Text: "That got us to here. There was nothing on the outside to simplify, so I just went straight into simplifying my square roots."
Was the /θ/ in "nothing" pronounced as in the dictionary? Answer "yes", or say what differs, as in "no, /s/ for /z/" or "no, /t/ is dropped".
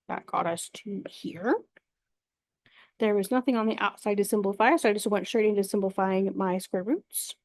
yes